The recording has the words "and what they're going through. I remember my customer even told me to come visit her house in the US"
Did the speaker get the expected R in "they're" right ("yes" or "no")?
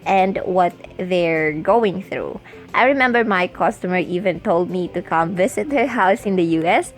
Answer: yes